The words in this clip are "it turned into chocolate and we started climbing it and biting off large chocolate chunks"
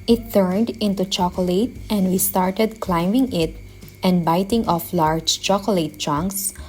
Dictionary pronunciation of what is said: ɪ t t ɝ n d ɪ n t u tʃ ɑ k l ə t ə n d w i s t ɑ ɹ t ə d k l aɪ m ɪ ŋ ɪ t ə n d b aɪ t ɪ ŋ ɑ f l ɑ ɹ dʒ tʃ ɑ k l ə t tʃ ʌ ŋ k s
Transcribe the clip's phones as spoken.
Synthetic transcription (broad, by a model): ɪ t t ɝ n d ɪ n t u tʃ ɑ k l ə t ə n d w i s t ɑ ɹ t ə d k l aɪ m ɪ ŋ ɪ t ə n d b aɪ t ɪ ŋ ɑ f l ɑ ɹ dʒ tʃ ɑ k l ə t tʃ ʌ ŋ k s